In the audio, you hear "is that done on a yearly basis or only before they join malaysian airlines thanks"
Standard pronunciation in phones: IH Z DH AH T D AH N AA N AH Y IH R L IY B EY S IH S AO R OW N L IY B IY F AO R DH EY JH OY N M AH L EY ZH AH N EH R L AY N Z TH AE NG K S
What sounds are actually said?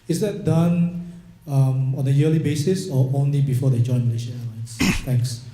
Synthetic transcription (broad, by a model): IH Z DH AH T D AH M AA N AH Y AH L IY B EY S IH S AO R OW N L IY B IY F AO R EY JH OY N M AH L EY SH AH EH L AY N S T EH NG K S